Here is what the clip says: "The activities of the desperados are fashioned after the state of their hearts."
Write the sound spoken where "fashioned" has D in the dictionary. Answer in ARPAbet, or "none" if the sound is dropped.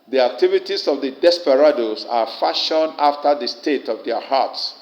none